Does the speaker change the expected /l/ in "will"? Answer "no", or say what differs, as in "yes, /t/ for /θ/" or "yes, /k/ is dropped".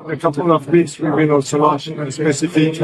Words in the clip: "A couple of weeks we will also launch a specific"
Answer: yes, /n/ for /l/